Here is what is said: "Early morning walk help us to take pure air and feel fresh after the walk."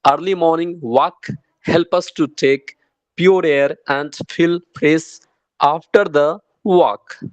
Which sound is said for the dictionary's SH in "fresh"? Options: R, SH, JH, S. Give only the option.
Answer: S